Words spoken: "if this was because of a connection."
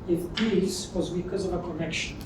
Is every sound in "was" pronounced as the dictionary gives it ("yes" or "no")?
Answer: yes